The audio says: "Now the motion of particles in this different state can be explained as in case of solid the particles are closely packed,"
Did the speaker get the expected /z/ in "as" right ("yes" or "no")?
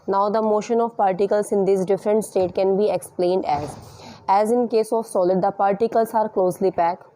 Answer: yes